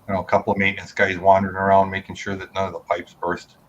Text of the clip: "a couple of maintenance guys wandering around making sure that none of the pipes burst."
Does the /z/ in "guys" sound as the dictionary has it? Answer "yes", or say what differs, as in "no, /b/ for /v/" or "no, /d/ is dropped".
yes